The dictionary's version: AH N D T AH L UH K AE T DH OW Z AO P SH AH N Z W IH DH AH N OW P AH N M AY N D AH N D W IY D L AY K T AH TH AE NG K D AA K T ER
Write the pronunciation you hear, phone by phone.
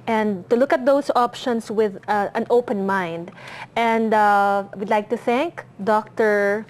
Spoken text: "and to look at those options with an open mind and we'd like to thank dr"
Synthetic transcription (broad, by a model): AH N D T AH L UH K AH T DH OW S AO P SH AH N S W IH DH AH N OW P AH N M AY N D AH N D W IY D L AY K T AH TH AE NG K D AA K T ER